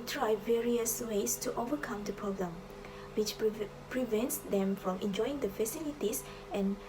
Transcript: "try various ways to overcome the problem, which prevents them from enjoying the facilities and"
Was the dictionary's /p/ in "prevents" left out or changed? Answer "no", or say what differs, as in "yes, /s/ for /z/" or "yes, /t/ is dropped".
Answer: no